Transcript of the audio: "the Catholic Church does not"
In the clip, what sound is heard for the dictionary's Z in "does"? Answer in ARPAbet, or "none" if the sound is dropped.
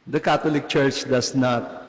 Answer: S